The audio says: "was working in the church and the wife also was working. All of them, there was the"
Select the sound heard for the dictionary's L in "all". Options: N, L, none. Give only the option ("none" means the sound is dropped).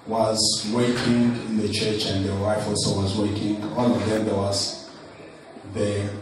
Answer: N